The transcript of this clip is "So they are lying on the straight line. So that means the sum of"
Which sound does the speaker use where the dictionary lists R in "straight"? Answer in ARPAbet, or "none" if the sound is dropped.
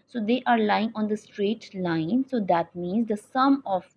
R